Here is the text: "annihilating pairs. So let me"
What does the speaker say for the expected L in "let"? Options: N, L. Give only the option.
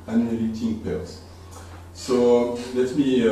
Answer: L